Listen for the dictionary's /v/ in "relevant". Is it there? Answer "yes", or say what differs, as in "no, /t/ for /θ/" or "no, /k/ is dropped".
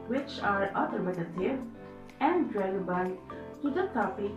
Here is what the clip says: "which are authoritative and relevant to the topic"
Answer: no, /v/ is dropped